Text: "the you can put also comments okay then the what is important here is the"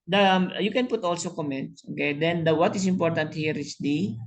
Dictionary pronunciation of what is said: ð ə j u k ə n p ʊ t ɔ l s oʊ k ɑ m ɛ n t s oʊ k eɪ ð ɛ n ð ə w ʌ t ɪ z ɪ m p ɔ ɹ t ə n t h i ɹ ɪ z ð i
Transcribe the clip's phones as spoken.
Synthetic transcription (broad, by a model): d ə j u k ə n p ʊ t ɔ l s oʊ k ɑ m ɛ n t s oʊ k eɪ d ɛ n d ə w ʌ t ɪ s ɪ m p ɔ ɹ t ə n t h i ɹ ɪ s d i